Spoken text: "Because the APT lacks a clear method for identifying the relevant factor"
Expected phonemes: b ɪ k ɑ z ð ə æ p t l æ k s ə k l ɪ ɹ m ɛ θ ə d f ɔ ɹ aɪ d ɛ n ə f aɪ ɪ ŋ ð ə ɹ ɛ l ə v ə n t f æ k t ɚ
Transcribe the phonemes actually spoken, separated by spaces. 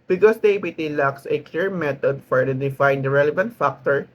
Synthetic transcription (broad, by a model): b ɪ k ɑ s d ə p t l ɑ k s ə k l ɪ ɹ m ɛ t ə d f ɔ ɹ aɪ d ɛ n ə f aɪ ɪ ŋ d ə ɹ ɛ l ə v ə n t f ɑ k t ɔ